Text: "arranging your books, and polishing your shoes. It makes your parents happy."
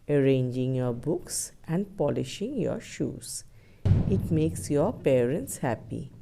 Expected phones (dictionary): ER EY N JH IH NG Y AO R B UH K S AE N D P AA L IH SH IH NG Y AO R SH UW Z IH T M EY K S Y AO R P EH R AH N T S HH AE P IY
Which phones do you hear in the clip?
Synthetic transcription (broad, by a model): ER EY N JH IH NG Y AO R B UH K S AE N D P AA L IH SH IH NG Y AO R SH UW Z IH T M EY K S Y AO R P EH R AH N T S HH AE P IY